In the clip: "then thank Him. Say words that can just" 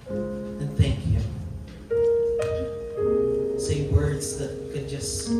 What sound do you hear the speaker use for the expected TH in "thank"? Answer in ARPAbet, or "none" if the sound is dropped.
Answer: TH